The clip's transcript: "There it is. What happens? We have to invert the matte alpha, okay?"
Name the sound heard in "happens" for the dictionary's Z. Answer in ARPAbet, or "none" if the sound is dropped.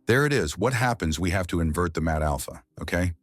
Z